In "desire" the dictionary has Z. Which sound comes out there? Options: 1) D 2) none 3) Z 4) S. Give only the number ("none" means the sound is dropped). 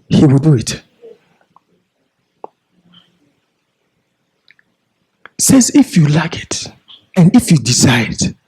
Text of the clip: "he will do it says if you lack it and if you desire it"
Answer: 4